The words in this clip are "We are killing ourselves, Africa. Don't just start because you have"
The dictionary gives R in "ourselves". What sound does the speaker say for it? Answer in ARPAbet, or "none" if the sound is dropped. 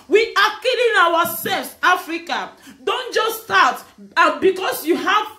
W